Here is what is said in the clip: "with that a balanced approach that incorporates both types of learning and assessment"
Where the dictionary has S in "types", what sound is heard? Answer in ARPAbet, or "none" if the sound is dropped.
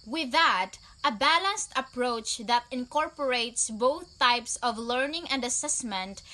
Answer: S